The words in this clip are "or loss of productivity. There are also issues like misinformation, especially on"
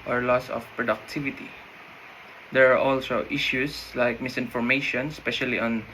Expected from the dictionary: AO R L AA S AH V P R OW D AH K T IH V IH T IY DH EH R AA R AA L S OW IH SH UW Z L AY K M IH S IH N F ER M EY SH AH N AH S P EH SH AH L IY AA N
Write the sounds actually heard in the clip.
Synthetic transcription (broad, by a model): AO R L AA S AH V P R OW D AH K T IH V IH T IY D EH R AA R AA L S OW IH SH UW S L AY K M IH S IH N F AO M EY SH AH N S P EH SH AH L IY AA N